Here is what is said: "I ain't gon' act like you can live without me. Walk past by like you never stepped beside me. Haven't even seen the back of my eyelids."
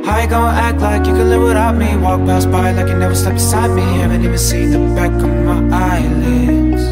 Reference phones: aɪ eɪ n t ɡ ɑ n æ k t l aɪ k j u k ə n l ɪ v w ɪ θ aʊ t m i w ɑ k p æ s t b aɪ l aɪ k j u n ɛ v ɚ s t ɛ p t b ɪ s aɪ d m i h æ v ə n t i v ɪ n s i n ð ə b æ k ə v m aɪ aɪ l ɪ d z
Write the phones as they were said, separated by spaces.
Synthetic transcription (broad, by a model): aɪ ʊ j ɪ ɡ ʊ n æ k t l aɪ k j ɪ k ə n l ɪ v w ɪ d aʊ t m i w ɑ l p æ s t b aɪ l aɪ k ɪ n ɛ v ɚ s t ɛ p b ɪ s aɪ d m i h æ v ə n t i v ɪ n s i n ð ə b æ k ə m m aɪ aɪ l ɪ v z